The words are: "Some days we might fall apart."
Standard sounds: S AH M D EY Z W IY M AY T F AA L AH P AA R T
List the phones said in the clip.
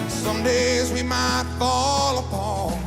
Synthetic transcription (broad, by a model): S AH M D EY Z W IY M AY T F AA L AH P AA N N